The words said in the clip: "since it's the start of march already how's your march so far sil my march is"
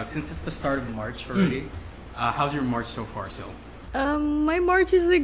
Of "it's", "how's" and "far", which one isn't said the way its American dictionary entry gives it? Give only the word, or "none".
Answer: none